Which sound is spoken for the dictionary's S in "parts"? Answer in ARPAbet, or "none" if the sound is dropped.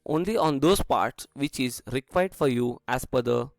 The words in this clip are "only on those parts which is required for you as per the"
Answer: S